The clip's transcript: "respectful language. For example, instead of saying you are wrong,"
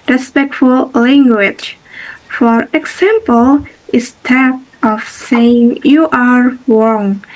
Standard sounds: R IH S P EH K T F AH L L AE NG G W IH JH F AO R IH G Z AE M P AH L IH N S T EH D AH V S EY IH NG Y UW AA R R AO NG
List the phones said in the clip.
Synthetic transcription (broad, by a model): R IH S P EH K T F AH L L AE NG G W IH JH F AO R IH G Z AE M P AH L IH S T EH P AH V S EY IH NG Y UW AA R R AO NG